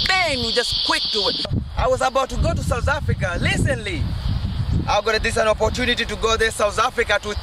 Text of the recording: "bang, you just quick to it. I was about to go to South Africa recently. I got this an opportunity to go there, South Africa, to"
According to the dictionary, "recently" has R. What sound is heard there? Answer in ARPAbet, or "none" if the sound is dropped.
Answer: L